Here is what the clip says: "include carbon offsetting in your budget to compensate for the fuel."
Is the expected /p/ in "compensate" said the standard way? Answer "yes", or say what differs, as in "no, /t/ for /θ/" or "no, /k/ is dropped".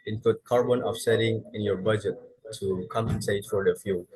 no, /p/ is dropped